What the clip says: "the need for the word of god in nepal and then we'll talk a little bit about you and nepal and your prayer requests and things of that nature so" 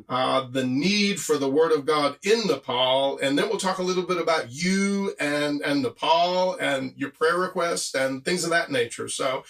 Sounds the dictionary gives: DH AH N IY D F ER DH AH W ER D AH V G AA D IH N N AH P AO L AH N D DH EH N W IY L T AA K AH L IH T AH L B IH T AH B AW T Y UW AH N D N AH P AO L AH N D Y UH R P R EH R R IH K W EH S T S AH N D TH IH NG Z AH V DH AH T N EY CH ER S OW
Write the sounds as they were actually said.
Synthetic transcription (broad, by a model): DH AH N IY D F ER DH AH W ER D AH V G AA D IH N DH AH P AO L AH N DH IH N W IY L T AA K AH L IH T L B IH T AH B AW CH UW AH N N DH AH P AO L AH N Y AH R P R EH R R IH K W EH S T AH N TH IH NG Z AH V DH AH T N EY CH ER S OW